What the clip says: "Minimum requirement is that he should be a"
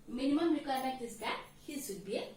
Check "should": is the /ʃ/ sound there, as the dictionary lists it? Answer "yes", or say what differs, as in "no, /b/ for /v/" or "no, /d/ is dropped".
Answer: no, /s/ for /ʃ/